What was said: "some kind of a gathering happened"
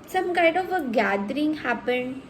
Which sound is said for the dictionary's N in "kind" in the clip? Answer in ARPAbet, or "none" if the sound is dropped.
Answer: none